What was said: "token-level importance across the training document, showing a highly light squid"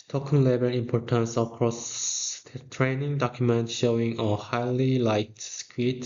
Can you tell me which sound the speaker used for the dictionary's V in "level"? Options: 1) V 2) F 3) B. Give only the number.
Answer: 3